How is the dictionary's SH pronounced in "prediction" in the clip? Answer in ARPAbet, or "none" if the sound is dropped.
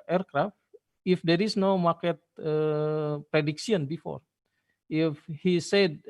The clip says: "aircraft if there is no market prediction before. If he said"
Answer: S